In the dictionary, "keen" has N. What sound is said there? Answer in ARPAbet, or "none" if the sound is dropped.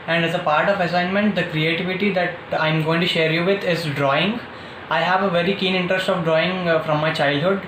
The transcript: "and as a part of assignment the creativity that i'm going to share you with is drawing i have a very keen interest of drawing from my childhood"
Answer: N